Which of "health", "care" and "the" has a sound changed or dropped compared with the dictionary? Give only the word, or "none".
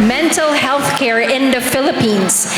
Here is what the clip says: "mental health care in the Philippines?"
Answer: none